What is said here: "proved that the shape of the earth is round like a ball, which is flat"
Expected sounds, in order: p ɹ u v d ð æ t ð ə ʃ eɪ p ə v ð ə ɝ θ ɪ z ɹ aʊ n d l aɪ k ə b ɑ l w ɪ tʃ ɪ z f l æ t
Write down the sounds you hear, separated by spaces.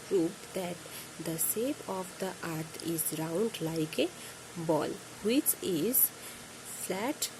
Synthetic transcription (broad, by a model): p ɹ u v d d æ t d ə s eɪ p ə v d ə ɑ t ɪ z ɹ aʊ n d l aɪ k ə b ɑ l w ɪ tʃ ɪ z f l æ t